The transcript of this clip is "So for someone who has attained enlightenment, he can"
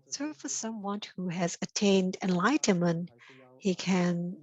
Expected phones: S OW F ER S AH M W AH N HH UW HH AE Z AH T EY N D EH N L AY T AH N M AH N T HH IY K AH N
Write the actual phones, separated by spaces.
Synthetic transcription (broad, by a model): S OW F ER S AH M W AH N HH UW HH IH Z AH T EY N D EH N L AY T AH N M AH N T HH IY K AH N